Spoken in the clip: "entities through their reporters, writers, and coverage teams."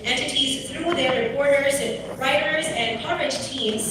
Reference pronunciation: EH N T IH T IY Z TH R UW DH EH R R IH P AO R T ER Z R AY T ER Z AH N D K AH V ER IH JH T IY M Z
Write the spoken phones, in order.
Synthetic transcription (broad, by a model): EH N T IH T IY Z TH R UW DH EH R R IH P AO R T ER Z R AY T ER Z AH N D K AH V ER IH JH T IY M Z